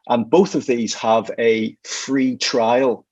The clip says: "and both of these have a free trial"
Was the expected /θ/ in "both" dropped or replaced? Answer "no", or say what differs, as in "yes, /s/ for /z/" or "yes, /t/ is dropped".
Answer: no